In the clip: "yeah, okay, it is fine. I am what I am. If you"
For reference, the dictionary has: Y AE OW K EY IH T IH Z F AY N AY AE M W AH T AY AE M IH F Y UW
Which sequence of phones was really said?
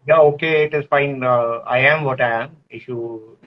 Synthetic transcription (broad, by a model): Y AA OW K EY IH T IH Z F AY N AY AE M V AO T AY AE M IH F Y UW